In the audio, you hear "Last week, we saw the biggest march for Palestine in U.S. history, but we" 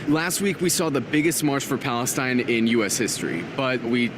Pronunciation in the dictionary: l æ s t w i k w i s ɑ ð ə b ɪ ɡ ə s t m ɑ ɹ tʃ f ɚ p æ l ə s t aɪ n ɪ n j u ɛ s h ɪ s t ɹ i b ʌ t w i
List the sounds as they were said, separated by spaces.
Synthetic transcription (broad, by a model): l æ s t w i k w i s ɑ ð ə b ɪ ɡ ə s t m ɑ ɹ tʃ f ɚ p æ l ə s t aɪ n ɪ n j u ɛ s h ɪ s t ɹ i b ʌ t w i